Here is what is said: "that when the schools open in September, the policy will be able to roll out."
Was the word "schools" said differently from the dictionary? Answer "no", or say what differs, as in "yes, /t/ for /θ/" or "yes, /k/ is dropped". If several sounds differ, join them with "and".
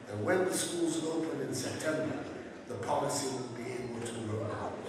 no